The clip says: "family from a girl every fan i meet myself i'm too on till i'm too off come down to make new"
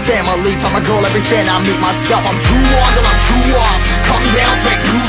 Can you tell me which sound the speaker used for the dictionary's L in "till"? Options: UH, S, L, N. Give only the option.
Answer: N